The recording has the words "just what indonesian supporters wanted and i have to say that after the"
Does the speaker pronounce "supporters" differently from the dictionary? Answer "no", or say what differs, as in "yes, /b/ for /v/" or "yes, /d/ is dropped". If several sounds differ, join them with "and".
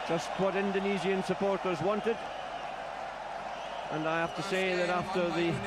no